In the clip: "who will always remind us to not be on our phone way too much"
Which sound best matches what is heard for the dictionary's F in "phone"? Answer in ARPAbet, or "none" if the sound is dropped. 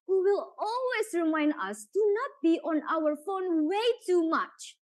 F